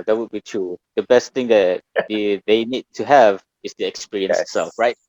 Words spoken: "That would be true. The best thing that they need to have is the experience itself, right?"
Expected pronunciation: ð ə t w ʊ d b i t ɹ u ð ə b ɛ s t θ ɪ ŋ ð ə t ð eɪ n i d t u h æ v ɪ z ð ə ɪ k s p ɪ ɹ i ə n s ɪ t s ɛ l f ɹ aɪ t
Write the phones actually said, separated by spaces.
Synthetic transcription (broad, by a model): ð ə t w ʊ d b i t ɹ u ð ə b ɛ s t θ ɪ ŋ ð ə t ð eɪ n i d t u h æ v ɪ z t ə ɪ k s p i ɹ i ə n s ɪ t s ɛ l f ɹ aɪ t